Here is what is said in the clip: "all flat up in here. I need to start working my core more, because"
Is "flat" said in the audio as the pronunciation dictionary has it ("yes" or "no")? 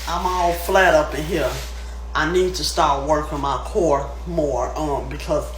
yes